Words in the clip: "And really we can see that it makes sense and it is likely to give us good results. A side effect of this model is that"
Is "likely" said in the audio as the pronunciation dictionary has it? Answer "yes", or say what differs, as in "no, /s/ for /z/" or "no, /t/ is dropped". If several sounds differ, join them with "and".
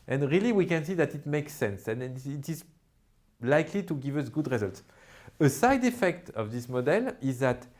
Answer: yes